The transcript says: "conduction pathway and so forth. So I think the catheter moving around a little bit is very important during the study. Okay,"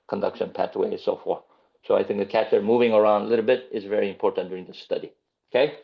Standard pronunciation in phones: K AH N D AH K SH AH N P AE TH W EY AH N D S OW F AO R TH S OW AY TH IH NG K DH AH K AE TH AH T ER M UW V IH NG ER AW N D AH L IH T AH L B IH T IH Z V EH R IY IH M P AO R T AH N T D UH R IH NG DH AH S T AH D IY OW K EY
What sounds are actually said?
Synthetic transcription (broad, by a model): K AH N D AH K SH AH N P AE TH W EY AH S OW F AO R TH S OW AY TH IH NG K DH AH K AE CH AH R M UW V IH NG ER AW N D AH L IH T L B IH T IH Z V EH R IY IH M P AO R T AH N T D UH R IH NG DH AH S T AH D IY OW K EY